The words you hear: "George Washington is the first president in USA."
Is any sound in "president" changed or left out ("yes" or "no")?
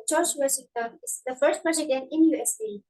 yes